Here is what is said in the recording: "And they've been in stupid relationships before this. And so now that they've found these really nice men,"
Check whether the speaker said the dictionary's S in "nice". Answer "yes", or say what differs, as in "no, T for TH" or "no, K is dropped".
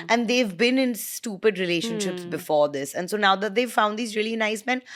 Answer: yes